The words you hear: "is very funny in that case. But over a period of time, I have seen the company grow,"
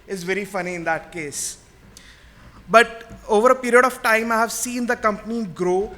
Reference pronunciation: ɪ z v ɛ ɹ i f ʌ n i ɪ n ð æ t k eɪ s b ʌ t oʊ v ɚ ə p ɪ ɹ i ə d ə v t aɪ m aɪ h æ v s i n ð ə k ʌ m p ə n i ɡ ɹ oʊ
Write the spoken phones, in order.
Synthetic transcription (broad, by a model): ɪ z v ɛ ɹ i f ʌ n i ɪ n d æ t k eɪ s b ʌ t oʊ v ɚ ə p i ɹ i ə d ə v t aɪ m aɪ h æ v s i n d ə k ʌ m p ə n i ɡ ɹ oʊ